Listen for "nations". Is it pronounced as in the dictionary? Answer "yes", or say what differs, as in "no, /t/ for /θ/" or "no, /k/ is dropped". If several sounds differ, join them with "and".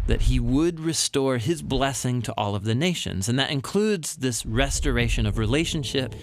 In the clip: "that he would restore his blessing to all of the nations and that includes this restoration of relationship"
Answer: yes